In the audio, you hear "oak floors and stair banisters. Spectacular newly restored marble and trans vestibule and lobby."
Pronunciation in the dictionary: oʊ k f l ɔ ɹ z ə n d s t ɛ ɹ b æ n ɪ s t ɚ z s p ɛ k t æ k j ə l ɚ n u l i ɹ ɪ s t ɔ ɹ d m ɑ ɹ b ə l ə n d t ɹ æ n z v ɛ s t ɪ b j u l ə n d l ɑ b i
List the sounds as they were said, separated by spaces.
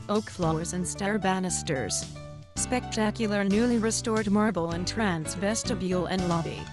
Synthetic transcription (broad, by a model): oʊ k f l ɔ ɹ z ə n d s t ɛ ɹ b æ n ɪ s t ɚ z s p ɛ k t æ k j l ɚ n u l i ɹ ɪ s t ɔ ɹ d m ɑ ɹ b l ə n t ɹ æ n s v ɛ s t ɪ b j u l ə n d l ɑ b i